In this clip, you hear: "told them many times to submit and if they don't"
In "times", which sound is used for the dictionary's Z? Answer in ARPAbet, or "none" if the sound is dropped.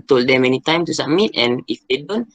none